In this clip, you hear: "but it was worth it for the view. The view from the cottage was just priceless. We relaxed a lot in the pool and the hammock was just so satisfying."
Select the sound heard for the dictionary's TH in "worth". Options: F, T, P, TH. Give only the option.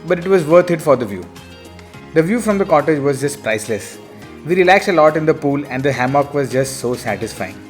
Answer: T